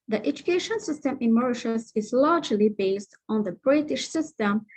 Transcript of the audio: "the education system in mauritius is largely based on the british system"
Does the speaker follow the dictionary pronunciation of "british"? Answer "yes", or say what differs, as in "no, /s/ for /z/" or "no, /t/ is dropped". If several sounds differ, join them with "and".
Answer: yes